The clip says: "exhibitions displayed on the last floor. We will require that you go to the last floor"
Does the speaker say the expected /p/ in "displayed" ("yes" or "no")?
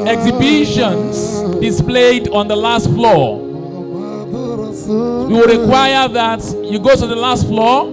yes